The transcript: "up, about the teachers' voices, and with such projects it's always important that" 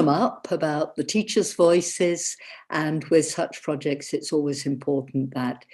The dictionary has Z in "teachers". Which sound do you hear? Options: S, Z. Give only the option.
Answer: Z